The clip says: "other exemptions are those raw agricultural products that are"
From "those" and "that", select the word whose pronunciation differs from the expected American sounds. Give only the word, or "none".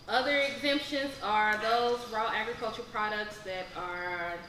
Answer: none